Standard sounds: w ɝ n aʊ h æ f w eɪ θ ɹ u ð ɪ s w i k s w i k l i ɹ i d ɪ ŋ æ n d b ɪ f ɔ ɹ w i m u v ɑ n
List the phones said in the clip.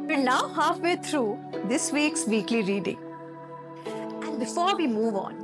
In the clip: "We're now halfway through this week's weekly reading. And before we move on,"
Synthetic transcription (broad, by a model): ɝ n aʊ h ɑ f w eɪ t ɹ u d ɪ s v i k s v i k l i ɹ i d ɪ ŋ æ n d b ɪ f ɔ ɹ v i m u v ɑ n